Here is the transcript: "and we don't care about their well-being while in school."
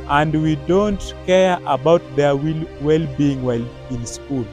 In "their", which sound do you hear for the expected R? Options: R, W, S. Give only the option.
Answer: W